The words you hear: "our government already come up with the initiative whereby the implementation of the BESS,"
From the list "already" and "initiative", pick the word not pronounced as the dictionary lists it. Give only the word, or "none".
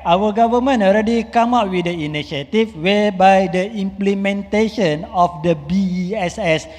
initiative